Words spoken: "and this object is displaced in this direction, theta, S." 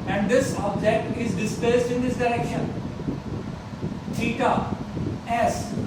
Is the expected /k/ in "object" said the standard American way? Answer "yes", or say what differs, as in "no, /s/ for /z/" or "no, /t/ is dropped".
no, /k/ is dropped